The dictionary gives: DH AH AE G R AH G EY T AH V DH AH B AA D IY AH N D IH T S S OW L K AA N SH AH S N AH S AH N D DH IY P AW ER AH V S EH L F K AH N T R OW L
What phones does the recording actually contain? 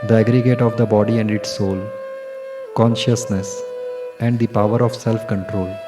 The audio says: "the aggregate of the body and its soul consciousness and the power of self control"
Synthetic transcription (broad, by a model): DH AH AE G R AH G EY T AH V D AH B AA D IY AH N D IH T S S OW L K AA N SH AH S N AH S AH N D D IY P AW ER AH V S EH L F K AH N T R OW L